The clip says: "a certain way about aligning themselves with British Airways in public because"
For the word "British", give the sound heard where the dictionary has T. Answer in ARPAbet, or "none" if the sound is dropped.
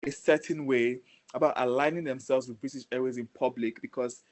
S